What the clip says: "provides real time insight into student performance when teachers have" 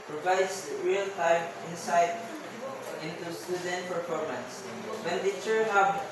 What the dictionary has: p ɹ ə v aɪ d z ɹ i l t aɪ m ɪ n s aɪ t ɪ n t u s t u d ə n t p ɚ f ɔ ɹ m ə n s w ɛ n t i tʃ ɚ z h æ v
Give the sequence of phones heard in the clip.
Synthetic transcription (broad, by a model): p ɹ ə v aɪ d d ɹ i l t aɪ m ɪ n s aɪ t ɪ n t u s t u d ə n t p ɚ f ɔ ɹ m ə n s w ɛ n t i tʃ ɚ h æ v